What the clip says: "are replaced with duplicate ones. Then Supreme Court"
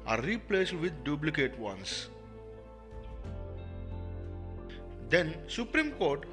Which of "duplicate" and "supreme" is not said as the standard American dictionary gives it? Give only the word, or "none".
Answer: duplicate